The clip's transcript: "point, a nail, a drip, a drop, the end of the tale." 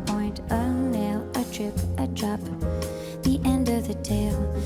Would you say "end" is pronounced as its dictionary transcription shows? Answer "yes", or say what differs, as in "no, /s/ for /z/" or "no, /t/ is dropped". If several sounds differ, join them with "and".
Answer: yes